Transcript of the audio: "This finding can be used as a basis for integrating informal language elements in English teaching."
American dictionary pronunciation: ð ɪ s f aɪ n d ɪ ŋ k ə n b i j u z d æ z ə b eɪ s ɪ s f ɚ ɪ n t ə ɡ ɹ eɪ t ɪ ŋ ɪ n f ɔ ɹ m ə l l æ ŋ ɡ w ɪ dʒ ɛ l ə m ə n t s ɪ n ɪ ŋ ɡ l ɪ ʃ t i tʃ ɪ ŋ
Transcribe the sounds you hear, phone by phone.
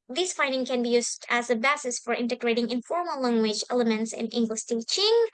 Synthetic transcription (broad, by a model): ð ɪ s f aɪ n d ɪ ŋ k ə n b i j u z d æ z ə b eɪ s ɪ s f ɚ ɪ n t ə ɡ ɹ eɪ t ɪ ŋ ɪ n f ɔ ɹ m ə l l æ ŋ ɡ w ɪ dʒ ɛ l ə m ə n t s ɪ n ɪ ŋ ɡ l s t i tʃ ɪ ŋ